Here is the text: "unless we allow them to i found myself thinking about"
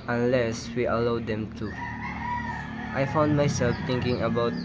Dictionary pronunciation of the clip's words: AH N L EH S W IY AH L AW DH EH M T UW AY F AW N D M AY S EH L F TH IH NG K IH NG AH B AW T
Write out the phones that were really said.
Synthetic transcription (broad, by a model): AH N L EH S W IY AH L AW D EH M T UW AY F AW N D M AY S EH L F T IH NG K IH NG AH B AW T